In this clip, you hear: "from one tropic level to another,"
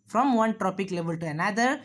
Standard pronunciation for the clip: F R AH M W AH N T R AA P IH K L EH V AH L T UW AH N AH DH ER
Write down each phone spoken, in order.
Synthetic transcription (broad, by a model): F R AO M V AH N T R AA P IH K L EH V AH L T UW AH N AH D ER